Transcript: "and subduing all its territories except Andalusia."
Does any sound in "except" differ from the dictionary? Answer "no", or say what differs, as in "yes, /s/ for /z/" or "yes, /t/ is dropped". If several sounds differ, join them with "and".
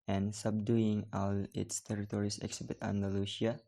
yes, /b/ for /p/